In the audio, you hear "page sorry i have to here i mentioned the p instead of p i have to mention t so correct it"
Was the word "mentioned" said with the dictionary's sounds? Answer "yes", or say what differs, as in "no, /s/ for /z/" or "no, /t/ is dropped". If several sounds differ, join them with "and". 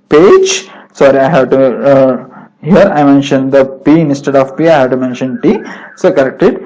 yes